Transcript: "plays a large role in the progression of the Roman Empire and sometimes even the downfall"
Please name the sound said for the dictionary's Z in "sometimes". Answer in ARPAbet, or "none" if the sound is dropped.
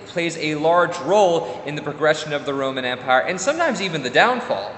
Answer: Z